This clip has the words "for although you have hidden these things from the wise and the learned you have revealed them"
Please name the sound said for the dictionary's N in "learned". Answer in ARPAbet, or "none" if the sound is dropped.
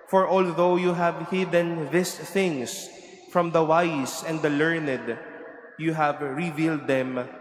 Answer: N